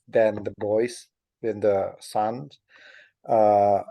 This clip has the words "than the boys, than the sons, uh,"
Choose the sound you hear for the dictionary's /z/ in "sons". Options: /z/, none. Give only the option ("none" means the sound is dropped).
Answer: none